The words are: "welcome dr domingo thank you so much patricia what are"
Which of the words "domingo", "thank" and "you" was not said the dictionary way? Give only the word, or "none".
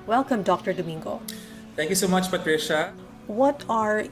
thank